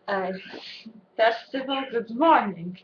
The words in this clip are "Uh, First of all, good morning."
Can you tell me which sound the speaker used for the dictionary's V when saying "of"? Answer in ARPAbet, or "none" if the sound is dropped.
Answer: V